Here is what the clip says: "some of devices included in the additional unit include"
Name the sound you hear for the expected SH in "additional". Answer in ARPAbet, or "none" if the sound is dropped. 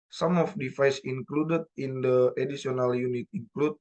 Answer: S